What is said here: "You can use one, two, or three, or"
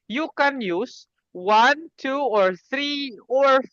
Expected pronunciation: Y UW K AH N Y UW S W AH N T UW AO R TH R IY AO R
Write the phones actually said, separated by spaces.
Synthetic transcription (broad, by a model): Y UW K AH N Y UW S W AH N T UW AO R TH R IY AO R